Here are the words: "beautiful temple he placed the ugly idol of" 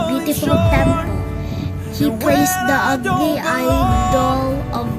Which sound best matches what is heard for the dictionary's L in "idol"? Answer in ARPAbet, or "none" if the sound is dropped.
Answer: L